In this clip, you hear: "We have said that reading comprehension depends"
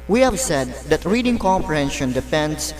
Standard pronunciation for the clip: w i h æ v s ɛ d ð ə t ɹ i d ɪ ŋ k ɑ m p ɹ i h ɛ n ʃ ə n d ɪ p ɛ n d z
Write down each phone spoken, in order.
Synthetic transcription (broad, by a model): w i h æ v s ɛ d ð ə t ɹ i d ɪ ŋ k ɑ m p i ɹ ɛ n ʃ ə n d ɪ p ɛ n d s